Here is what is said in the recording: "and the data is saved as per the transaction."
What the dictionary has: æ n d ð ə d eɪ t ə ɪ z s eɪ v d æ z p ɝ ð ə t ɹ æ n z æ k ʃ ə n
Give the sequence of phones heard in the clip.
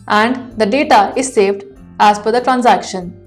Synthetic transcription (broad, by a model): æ n d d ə d eɪ t ə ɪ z s eɪ v d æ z f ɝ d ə t ɹ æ n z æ k ʃ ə n